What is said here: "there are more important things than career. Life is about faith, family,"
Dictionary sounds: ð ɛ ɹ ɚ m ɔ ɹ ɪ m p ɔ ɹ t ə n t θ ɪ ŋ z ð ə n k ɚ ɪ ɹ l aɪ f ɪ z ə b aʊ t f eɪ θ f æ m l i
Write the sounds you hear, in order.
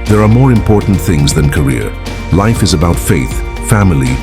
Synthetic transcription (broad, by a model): ð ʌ ɹ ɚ m ɔ ɹ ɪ m p ɔ ɹ t n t θ ɪ ŋ z ð ə n k ɚ ɪ ɹ l aɪ f ɪ z ə b aʊ t f eɪ θ f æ m l i